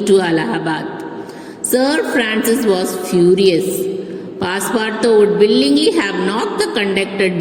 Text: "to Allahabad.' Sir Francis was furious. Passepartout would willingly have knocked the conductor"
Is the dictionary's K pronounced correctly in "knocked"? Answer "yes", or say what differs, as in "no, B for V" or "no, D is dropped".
no, K is dropped